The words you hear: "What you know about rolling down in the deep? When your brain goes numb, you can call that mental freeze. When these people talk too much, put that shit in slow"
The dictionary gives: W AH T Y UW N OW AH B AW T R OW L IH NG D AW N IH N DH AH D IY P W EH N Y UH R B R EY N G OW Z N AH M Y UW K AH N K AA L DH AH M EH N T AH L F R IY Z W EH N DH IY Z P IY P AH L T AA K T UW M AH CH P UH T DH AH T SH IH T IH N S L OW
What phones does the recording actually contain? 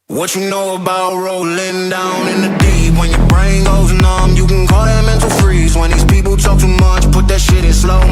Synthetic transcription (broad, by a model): W AH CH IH N OW AH B AW T R OW L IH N D AW N IH N DH AH D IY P W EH N Y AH R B R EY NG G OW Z N AH M Y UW K AH N K AA L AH M EH N T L F R IY Z W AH N DH IY Z P IY P L T AA K T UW M AH CH P UH T DH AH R SH IH T IH N S L OW